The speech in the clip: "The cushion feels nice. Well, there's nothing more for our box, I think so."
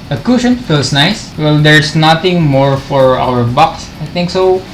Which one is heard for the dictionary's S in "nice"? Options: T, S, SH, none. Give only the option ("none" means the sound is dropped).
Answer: S